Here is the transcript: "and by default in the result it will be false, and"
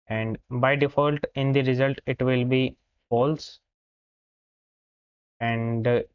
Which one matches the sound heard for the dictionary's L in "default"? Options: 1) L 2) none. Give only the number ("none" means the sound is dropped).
1